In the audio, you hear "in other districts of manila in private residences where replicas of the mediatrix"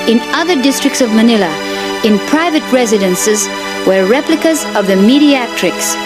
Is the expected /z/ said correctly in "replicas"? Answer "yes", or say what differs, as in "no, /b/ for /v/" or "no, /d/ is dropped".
yes